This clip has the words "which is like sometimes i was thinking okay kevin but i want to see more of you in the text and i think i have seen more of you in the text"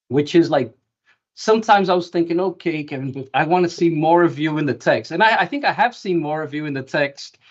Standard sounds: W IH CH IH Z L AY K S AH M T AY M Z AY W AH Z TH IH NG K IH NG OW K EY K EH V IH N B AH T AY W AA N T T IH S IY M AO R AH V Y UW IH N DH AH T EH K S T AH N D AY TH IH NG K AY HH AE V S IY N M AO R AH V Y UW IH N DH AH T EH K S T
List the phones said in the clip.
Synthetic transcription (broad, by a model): W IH CH IH Z L AY K S AH M T AY M Z AY W AH Z TH IH NG K IH NG OW K EY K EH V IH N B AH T AY W AA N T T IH S IY M AO R AH V Y UW IH N DH AH T EH K S T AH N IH AY TH IH NG K AY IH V S IY N M AO R AH V Y UW IH N DH AH T EH K S T